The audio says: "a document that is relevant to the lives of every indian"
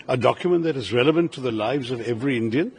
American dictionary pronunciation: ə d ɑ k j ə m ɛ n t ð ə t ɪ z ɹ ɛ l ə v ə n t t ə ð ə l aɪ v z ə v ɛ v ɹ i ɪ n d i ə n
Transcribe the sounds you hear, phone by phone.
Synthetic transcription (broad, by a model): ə d ɑ k j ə m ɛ n ð ə t ɪ z ɹ ɛ l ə v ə n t t ə ð ə l aɪ v z ə v ɛ v ɹ i ɪ n d i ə n